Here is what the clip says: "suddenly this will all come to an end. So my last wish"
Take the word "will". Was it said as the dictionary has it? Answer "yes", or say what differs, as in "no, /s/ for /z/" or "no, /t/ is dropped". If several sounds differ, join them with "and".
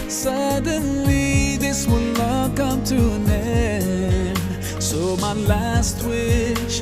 no, /n/ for /l/